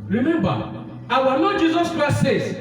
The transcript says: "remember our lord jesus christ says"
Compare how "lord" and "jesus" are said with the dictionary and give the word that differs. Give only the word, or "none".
lord